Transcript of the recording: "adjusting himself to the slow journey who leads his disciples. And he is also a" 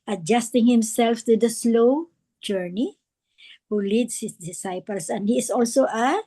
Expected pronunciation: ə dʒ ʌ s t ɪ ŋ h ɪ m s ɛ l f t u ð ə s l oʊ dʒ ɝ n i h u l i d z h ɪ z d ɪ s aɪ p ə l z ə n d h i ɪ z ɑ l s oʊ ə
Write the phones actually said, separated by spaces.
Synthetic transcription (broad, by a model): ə dʒ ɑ s t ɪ ŋ h ɪ m s ɛ l f t u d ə s l oʊ dʒ ɝ n i h u l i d s h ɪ s d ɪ s aɪ p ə l s ə n d h i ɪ s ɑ l s oʊ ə